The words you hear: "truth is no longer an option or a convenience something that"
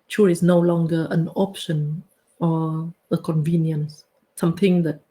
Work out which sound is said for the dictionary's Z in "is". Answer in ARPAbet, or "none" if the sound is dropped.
S